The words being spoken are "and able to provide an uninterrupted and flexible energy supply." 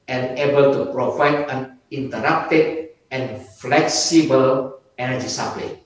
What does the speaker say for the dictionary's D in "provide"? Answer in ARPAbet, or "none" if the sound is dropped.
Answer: none